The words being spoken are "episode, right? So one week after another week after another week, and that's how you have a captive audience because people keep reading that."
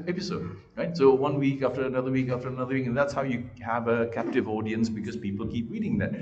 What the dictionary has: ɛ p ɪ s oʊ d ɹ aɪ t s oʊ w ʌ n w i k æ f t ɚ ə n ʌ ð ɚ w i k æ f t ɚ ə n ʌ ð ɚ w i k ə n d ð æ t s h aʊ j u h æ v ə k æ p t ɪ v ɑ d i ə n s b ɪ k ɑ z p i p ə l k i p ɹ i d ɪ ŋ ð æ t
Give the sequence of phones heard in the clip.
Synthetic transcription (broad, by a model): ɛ p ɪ s oʊ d ɹ aɪ t s oʊ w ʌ n w i k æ f t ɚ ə n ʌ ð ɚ w i k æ f t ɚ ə n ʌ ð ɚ w i k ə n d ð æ t s h aʊ j u h æ v ə k æ p t ɪ v ɑ d i ə n s b ɪ k ɑ z p i p ə l k i p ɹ i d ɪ ŋ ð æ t